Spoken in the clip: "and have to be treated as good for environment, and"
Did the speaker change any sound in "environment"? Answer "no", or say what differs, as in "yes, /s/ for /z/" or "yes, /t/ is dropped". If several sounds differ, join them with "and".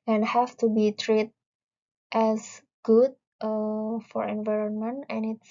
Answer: no